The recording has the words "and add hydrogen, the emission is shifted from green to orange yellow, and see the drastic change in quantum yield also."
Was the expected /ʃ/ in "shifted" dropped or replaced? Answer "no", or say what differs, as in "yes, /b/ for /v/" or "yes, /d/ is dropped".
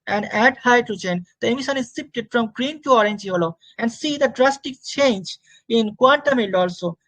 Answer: yes, /s/ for /ʃ/